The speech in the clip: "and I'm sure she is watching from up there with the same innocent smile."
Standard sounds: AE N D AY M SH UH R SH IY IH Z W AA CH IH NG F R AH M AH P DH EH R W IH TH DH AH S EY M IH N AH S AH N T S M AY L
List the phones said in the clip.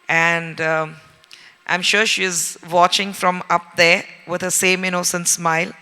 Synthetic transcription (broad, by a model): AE N D AY M SH UH R SH IY IH Z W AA CH IH NG F R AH M AH P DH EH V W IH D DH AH S EY M IH N AH S AH N T S M AY L